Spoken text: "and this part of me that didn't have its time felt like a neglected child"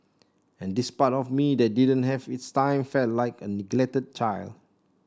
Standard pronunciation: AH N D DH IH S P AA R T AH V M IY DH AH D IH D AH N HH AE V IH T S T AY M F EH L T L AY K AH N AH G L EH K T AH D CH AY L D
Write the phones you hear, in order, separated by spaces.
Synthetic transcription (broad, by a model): AH N D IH S P AA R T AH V M IY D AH D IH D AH N HH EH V IH T S T AY M F EH L T L AY K AH N AH G L EH K T AH D CH AY L D